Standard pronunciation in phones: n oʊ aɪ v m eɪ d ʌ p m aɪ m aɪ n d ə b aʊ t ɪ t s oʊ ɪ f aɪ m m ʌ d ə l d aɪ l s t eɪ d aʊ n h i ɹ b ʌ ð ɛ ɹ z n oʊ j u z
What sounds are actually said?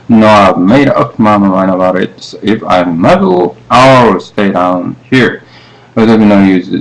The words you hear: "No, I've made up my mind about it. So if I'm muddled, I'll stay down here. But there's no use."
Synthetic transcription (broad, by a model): n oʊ aɪ v m eɪ d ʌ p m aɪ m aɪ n ə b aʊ t ɪ t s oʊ ɪ f aɪ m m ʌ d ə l aɪ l s t eɪ d aʊ n h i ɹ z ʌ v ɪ n oʊ j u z